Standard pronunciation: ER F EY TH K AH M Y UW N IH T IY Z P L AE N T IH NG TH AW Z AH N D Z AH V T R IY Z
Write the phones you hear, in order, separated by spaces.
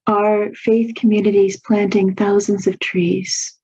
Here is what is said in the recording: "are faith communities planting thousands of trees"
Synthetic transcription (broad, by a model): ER F EY TH K AH M Y UW N IH T IY Z P L AE N T IH NG TH AW Z AH N D Z AH V T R IY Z